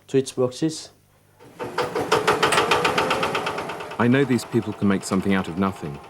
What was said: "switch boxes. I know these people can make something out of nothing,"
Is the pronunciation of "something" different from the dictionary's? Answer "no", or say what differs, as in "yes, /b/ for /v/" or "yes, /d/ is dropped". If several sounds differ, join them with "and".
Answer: no